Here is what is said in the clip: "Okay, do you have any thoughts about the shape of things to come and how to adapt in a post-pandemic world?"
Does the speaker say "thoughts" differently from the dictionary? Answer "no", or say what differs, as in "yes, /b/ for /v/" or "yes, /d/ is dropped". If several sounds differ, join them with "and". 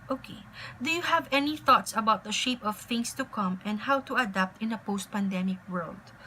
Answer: no